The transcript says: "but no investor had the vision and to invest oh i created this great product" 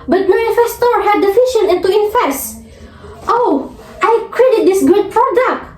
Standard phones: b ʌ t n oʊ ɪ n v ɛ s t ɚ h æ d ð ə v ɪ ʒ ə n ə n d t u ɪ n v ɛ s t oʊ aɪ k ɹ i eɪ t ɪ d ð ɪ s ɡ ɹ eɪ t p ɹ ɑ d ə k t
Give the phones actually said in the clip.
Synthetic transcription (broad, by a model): b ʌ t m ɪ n f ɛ s t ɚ h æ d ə f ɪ ʃ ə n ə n t u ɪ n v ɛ s t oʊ aɪ k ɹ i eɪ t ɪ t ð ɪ s ɡ ɹ eɪ t p ɹ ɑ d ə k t